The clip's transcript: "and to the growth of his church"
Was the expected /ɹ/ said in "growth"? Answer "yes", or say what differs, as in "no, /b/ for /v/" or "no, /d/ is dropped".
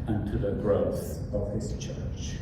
yes